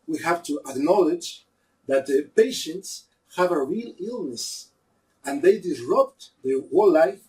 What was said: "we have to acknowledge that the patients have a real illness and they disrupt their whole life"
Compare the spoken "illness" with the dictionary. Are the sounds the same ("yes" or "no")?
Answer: yes